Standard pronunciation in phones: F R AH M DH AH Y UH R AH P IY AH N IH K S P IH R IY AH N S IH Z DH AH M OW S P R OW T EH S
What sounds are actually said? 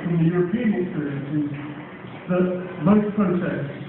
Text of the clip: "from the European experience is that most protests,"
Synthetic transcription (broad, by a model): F R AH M DH AH Y UH R AH P IY AH N IH K S P IH R IY AH N S IH Z DH AH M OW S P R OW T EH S